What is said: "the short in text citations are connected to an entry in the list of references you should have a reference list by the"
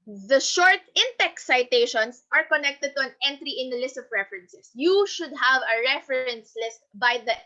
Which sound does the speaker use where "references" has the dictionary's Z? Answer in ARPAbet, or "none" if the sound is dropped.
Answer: S